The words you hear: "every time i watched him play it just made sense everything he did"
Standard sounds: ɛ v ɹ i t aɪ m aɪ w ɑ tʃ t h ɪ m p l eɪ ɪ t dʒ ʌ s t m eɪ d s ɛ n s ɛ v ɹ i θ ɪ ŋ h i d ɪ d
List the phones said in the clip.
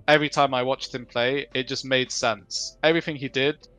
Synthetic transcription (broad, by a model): ɛ v ɹ i t aɪ m aɪ w ɑ tʃ t h ɪ m p l eɪ ɪ t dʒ ʌ s m eɪ d s ɛ n s ɛ v ɹ i θ ɪ ŋ i d ɪ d